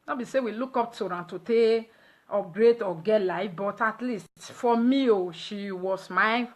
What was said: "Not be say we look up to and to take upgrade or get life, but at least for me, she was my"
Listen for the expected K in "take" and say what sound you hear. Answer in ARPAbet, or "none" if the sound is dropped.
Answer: none